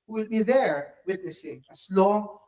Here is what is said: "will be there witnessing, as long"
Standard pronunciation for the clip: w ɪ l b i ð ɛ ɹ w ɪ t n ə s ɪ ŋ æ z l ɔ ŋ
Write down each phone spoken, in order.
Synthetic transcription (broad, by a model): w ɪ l b i ð ɛ ɹ w ɪ t n ə s ɪ ŋ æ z l ɔ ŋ